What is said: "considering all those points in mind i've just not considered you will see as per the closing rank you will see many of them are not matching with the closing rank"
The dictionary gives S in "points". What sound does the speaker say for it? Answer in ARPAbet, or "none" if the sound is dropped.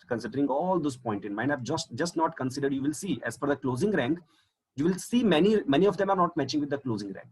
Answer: none